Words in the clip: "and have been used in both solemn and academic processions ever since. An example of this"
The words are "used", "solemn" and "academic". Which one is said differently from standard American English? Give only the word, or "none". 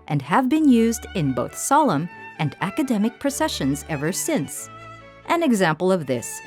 none